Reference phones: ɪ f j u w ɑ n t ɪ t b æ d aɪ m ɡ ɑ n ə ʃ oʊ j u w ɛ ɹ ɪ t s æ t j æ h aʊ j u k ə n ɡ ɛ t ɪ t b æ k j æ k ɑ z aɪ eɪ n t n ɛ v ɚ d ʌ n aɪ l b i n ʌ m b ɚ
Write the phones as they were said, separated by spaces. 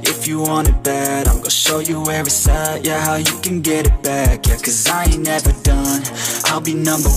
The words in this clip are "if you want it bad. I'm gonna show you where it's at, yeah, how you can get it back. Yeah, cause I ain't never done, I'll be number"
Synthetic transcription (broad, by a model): ɪ f j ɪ w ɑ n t ɪ t b æ d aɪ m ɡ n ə ʃ oʊ j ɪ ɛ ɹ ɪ s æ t j æ h aʊ j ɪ k ə n ɡ ɛ t ɪ t b æ k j k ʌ z aɪ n n ɛ v ɚ d ʌ n aɪ l b i n ʌ m b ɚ